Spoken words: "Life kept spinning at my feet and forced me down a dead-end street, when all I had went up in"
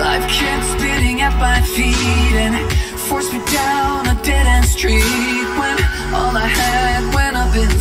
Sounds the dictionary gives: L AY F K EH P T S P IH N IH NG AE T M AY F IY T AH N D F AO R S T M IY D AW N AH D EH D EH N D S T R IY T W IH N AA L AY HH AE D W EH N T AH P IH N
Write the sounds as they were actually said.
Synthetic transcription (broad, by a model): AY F K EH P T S B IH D IH NG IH T M AY F IY T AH N F AO R S M IY D AW N AH D EH D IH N S T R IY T W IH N AA L AY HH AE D W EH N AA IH B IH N